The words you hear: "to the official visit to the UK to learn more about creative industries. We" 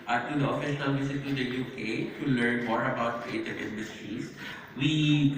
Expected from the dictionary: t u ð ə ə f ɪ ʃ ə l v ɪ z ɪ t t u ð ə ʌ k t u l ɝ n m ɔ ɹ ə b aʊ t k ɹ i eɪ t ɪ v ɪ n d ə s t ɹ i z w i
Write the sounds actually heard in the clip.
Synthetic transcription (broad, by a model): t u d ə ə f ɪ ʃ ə n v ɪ s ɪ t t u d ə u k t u l ɝ n m ɔ ɹ ə b aʊ t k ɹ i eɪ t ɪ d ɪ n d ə s t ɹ i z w i